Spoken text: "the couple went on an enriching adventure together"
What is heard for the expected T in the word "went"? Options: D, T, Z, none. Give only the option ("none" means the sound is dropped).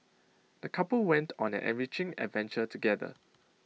T